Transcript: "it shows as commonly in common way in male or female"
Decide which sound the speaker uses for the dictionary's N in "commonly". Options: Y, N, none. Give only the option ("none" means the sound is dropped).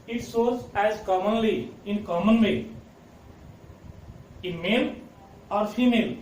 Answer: N